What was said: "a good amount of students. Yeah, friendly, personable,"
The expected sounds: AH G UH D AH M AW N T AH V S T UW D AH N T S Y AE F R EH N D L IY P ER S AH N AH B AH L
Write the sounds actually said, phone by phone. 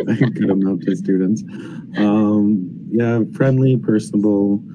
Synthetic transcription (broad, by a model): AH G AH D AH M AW T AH S T UW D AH N T S Y AE F R EH N D L IY P ER S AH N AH B L